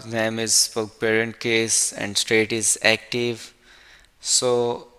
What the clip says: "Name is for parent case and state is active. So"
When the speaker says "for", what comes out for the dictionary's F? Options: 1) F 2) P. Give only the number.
2